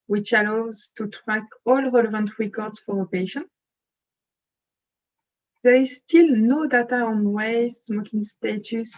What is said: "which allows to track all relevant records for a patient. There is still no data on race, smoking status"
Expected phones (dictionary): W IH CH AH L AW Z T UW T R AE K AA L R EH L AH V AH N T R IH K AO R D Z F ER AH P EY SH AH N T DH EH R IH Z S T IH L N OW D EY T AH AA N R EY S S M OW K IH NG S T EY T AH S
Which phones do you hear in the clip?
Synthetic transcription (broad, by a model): W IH CH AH L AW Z T UW T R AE K AA L R EH L AH V AH N T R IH K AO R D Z F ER AH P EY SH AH N DH EH R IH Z S T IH L N OW D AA T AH AA N W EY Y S M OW K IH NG S T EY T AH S